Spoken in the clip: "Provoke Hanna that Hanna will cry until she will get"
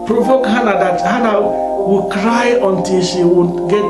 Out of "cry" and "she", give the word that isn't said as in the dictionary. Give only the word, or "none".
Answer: none